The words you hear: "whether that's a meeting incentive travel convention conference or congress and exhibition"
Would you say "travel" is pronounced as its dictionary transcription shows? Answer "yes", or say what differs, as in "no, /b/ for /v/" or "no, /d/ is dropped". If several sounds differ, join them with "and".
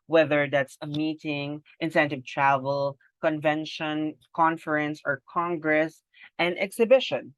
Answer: yes